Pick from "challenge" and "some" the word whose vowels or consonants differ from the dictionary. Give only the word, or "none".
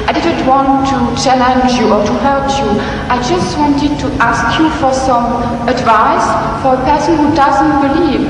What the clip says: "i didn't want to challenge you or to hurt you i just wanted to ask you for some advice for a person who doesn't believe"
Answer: none